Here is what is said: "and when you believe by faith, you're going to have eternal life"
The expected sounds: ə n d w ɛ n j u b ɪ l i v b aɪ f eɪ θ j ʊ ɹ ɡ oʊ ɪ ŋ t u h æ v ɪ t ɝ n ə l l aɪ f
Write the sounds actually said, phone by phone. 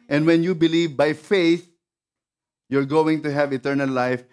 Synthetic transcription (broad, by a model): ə n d w ɛ n j u b ɪ l i v b aɪ f eɪ θ j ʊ ɹ ɡ oʊ ɪ ŋ t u h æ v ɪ t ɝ n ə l l aɪ f